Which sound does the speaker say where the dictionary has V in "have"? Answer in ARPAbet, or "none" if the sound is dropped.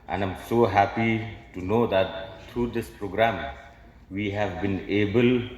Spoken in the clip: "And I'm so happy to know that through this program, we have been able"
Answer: V